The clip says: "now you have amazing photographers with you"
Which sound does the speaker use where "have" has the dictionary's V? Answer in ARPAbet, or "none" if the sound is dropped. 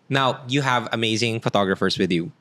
V